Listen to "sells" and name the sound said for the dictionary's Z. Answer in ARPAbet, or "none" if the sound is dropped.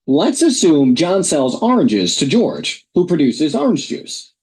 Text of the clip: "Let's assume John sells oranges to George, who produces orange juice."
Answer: Z